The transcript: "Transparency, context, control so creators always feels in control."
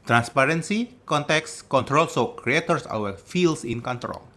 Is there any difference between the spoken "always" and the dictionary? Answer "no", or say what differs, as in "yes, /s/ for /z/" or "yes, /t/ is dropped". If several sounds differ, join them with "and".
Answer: yes, /l/ is dropped and /z/ is dropped